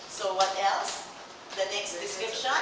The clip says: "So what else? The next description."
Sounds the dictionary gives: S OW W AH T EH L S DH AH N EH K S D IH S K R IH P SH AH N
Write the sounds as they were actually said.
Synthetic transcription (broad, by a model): S OW W AH T EH L S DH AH N EH K S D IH S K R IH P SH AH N